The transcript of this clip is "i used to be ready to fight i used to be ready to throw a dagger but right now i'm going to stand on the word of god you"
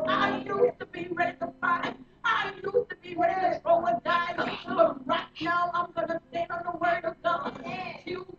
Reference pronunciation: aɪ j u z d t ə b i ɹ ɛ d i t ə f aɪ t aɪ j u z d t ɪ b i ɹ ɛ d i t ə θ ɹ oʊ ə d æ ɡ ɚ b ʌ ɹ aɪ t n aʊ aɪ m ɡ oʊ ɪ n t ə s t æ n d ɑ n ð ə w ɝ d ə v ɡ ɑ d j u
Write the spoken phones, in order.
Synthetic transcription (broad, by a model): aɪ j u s t ə b i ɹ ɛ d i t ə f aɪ aɪ j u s t ɪ b i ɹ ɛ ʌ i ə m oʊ ə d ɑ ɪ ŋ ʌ ɹ aɪ t n aʊ aɪ m ɡ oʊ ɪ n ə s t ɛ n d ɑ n ð ə w ɝ d ə v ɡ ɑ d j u